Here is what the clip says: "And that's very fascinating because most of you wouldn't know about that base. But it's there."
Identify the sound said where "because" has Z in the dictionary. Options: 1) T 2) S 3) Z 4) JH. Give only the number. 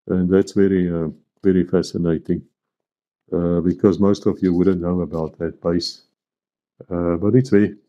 3